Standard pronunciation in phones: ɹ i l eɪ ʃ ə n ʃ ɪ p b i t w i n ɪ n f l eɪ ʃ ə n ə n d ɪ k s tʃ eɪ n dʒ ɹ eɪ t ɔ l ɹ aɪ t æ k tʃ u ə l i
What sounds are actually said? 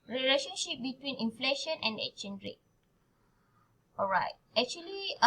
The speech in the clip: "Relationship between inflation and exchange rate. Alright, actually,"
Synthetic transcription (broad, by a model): ɹ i l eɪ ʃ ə n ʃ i p b i t w i n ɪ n f l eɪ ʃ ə n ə n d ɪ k tʃ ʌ n ɹ eɪ t ɔ l ɹ aɪ t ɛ k tʃ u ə l i